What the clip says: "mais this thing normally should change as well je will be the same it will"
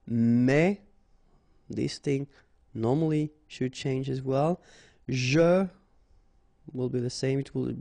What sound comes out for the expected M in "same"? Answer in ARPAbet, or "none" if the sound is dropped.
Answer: M